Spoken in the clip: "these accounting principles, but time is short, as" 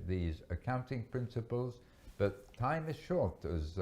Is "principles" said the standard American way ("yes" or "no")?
yes